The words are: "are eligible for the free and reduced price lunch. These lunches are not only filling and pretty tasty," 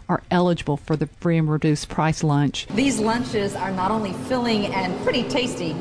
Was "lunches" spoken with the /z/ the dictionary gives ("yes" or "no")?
yes